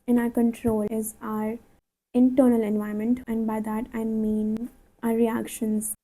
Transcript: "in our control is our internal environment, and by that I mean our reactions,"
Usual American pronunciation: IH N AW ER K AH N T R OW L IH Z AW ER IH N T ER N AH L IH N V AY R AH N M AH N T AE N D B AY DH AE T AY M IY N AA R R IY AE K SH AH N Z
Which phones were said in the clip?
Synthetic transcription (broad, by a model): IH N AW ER K AH N T R OW L IH Z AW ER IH N T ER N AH L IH N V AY AH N M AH N T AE N D B AY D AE T AY M IY N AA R R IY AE K SH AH N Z